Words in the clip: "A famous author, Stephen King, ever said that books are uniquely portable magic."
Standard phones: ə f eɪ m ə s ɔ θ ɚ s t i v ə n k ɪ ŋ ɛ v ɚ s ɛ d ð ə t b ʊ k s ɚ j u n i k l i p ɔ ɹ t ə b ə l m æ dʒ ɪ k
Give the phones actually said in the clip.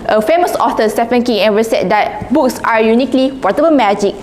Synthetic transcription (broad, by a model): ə f eɪ m ə s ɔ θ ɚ s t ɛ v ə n k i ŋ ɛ w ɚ s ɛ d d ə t b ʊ k s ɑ j u n i k l i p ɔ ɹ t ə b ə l m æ dʒ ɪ k